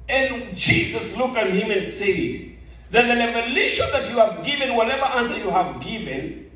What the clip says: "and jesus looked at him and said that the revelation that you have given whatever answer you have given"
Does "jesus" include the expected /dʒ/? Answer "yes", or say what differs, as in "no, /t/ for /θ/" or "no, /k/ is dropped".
yes